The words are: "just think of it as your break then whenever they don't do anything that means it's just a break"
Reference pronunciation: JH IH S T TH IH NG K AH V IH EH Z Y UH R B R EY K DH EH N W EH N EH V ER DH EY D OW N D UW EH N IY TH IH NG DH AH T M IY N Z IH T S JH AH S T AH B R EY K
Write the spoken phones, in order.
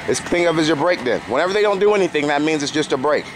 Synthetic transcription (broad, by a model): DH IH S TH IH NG AH V IH Z Y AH R B R EY K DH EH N W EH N EH V ER DH EY D OW N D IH EH N IY TH IH NG DH AH T M IY N Z IH T S JH AH S T AH B R EY K